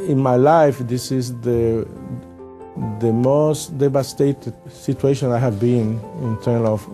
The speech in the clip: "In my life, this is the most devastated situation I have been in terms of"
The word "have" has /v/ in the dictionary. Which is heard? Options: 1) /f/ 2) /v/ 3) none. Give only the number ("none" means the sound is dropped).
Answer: 2